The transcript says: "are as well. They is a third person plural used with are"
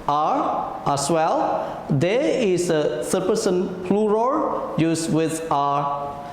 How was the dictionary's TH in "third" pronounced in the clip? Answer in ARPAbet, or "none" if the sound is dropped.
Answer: S